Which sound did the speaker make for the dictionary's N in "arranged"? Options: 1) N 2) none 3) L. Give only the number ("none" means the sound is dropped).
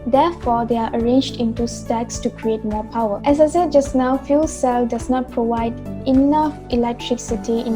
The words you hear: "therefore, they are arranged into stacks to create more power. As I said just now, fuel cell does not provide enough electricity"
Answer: 1